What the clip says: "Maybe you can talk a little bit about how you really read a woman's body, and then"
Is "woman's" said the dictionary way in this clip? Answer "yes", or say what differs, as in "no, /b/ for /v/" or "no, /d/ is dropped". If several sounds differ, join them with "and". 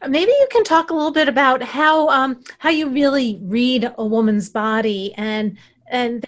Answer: yes